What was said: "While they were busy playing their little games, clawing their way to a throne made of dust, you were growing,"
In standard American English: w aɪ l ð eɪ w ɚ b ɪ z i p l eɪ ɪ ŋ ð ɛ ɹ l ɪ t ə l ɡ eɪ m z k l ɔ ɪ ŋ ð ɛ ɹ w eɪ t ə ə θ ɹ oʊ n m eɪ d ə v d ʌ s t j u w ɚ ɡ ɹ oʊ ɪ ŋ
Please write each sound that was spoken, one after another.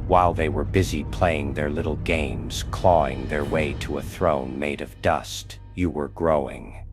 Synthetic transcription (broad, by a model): w aɪ l ð eɪ w ɚ b ɪ z i p l eɪ ɪ ŋ ð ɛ ɹ l ɪ t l ɡ eɪ m z k l ɔ ɪ ŋ ð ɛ ɹ w eɪ t ə ə θ ɹ oʊ n m eɪ d ə v d ʌ s t j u w ɚ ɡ ɹ oʊ ɪ ŋ